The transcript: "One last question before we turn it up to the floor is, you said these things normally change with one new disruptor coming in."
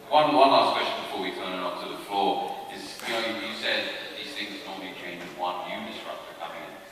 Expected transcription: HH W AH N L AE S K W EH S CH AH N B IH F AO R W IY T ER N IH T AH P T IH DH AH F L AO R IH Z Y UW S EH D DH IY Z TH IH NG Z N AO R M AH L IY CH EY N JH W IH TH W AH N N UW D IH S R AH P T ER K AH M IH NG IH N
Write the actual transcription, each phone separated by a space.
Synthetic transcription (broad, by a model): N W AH N L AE S K W EH S CH AH N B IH F AO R W IY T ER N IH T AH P T IH DH AH F L AO R IH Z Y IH S EH D DH IY Z TH IH NG Z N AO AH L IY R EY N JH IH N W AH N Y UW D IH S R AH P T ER K AH M IH NG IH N